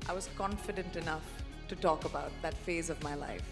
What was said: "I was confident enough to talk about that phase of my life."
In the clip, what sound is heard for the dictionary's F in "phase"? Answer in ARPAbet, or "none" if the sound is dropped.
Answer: F